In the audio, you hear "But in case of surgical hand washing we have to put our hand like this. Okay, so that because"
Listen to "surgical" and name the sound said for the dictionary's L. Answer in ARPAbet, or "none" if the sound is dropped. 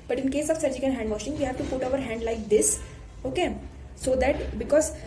N